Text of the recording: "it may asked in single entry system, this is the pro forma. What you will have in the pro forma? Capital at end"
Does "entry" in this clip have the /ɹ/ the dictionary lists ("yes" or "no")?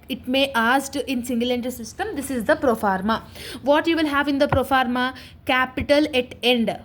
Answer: no